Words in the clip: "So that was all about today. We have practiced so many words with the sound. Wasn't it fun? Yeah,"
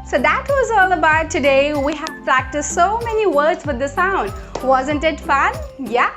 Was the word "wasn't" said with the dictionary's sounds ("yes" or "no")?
yes